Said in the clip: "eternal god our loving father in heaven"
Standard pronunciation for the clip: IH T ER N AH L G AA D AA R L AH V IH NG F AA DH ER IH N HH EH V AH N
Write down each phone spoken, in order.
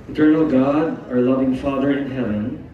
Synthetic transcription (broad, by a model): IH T ER N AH L G AA D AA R L AH V IH NG F AA DH ER IH N HH EH V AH N